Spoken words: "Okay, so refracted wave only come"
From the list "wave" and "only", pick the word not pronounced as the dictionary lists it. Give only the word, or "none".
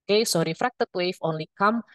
wave